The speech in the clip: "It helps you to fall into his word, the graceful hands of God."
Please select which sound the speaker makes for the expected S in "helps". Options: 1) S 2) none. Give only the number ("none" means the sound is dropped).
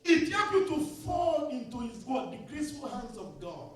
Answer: 2